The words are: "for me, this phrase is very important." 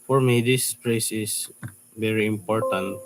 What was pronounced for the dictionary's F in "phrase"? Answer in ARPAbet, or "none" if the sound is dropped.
P